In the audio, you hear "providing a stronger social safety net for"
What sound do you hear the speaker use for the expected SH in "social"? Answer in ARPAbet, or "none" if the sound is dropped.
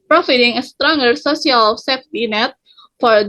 S